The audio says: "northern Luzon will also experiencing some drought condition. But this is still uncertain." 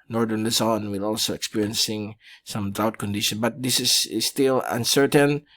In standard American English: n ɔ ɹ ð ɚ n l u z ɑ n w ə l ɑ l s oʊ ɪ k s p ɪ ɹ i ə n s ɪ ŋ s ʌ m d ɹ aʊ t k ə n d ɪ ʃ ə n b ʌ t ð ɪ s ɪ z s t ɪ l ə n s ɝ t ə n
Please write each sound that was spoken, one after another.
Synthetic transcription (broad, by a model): n ɔ ɹ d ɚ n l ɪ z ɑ n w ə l ɑ l s oʊ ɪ k s p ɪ ɹ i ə n s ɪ ŋ s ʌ m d aʊ t k ə n d ɪ ʃ ə n b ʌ t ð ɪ s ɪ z s t ɪ l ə n s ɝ t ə n